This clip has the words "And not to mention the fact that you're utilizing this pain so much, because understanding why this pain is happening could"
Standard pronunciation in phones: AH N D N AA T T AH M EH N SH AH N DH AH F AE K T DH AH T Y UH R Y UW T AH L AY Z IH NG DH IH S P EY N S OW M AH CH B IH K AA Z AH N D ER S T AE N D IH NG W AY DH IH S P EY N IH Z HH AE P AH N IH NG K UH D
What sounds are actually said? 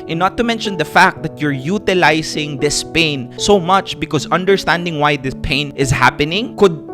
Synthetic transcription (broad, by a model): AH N N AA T T AH M EH N SH AH N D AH F AE K T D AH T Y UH R Y UW T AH L AY S IH NG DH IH S P EY N S OW M AH CH B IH K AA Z AH N D ER S T AE N D IH NG W AY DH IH S P EY N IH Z HH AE P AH N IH NG K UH D